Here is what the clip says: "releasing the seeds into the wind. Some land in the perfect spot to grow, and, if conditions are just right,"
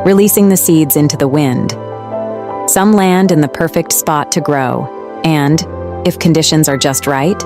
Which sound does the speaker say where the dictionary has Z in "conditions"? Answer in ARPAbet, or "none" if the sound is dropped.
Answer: Z